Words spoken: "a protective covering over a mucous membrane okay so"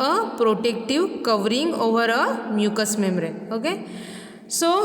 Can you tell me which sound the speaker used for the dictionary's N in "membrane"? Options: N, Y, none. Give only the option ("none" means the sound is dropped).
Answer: none